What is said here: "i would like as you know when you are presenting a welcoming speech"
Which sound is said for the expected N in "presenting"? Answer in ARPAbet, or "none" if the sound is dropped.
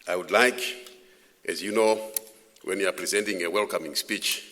N